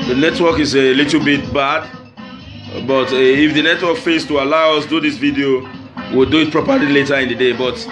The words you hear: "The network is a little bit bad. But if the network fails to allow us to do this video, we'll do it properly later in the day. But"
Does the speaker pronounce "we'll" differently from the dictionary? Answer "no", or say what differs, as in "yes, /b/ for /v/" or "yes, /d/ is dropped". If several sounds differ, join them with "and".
no